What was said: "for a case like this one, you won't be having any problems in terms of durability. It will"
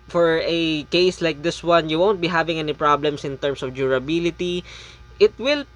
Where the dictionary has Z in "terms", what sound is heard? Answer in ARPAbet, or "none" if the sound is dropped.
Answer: S